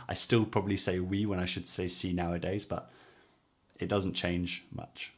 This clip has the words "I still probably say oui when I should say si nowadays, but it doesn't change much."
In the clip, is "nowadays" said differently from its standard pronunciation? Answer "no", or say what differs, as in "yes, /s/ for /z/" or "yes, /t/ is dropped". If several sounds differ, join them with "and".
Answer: no